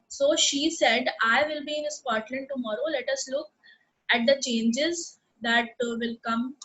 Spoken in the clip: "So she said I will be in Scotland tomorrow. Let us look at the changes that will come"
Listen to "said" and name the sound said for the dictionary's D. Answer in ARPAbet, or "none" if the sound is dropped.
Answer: D